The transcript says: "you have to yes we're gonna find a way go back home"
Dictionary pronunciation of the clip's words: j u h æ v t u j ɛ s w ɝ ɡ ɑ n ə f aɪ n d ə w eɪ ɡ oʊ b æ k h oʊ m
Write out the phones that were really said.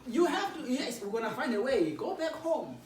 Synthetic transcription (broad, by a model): j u h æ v t u j ɛ s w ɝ ɡ ɑ n ə f aɪ n d ə w eɪ ɡ oʊ b æ k h oʊ m